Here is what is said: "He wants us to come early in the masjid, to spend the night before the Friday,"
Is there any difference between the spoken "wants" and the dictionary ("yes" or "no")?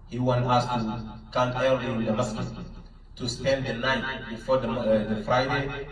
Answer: yes